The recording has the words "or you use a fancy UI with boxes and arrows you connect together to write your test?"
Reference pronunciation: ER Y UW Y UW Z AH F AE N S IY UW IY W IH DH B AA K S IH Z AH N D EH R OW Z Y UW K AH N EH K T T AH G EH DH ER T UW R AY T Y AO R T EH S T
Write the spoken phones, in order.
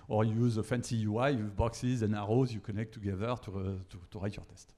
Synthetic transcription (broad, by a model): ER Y Y UW Z AH F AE N S IY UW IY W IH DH B AA K S IH Z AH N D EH R OW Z Y UW K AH N EH K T T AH G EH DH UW T UW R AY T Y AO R T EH S T